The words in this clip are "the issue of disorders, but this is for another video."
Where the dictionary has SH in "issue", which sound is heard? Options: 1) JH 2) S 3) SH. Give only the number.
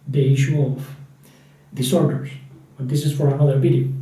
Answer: 3